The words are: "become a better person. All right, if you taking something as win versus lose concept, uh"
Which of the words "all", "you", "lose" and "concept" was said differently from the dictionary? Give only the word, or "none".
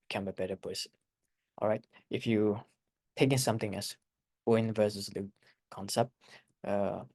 lose